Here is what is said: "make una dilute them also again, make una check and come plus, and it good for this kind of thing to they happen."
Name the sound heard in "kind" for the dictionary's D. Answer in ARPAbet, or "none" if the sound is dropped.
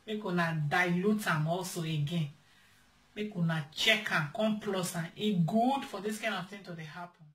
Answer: none